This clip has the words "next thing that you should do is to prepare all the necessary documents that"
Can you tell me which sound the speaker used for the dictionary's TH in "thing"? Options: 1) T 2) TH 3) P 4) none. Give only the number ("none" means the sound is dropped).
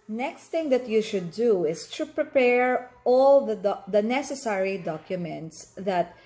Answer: 1